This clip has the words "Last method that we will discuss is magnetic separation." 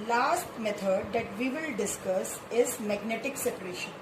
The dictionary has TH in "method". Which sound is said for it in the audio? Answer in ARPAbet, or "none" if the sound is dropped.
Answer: T